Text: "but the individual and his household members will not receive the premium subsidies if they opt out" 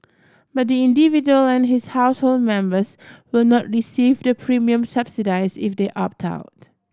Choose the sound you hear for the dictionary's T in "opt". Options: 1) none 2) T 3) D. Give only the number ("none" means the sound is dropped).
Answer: 2